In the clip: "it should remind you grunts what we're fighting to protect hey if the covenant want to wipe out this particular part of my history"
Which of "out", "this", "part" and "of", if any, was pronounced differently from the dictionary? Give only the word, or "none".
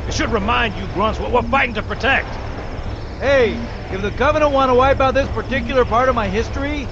none